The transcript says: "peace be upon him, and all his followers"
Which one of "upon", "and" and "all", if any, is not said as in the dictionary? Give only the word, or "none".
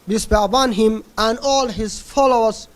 upon